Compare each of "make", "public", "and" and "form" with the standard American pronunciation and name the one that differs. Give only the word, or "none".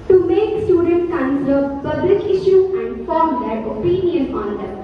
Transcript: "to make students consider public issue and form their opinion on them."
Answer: none